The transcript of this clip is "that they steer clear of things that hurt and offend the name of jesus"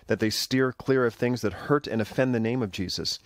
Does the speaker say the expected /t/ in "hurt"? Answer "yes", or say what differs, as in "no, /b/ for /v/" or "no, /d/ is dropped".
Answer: yes